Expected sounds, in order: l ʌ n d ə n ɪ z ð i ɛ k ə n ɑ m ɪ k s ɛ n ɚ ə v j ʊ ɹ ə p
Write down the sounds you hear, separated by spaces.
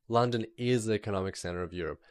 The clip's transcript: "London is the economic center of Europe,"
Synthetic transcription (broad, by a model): l ʌ n d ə n ɪ z ð i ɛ k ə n ɑ m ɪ k s ɛ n ɚ ə v j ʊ ɹ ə p